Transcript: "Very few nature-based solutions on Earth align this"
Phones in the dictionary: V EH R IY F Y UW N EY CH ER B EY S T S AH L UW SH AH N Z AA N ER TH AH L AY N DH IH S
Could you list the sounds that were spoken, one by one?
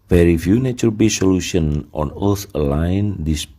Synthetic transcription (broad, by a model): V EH R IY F Y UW N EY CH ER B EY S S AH L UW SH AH N AA N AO S AH L AY N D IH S